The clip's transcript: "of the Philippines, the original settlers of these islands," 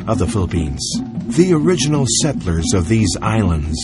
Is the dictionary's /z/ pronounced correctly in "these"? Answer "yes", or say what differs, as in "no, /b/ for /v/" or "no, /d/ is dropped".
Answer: yes